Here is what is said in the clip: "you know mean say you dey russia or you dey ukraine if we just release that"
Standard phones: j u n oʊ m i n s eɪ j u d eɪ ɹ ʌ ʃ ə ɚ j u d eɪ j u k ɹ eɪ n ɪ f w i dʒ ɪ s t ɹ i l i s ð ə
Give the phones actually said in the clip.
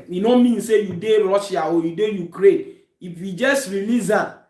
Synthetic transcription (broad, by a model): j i n oʊ m i n s eɪ j u d eɪ ɹ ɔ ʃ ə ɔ j u d eɪ j u k ɹ eɪ n ɪ f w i dʒ ɪ s t ɹ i l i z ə